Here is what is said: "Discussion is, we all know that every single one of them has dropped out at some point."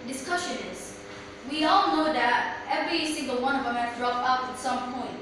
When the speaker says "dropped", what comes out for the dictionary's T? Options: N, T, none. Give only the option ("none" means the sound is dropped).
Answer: none